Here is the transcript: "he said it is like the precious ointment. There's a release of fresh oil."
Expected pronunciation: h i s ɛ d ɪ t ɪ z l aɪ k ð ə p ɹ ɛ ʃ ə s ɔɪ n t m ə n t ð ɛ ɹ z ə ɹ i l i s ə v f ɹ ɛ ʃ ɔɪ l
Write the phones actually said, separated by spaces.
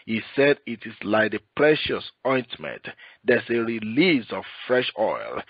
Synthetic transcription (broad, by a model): h i s ɛ d ɪ t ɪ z l aɪ k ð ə p ɹ ɛ ʃ ə s ɔɪ n t m ə n t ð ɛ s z ə ɹ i l i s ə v f ɹ ɛ ʃ ɔɪ l